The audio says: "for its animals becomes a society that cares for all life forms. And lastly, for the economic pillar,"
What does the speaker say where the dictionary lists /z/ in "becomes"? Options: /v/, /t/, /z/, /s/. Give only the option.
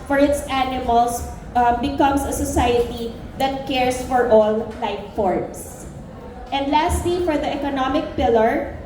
/s/